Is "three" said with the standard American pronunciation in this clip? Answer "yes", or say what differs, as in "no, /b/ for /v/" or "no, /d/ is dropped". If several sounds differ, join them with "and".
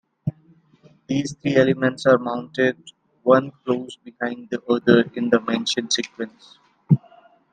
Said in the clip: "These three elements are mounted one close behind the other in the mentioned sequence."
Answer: no, /t/ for /θ/